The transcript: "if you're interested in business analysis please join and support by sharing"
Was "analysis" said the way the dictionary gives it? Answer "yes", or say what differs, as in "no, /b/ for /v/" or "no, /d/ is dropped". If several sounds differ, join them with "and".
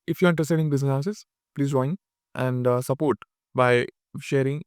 no, /l/ is dropped